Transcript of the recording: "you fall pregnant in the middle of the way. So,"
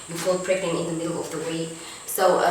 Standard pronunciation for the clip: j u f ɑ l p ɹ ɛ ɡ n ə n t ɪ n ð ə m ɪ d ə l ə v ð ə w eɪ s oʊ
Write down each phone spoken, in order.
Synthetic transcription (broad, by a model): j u f ɑ l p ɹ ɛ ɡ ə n ɪ n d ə m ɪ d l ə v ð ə w eɪ s oʊ